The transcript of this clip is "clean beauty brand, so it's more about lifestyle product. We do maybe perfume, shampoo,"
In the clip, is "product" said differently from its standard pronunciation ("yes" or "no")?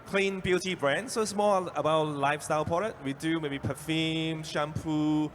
yes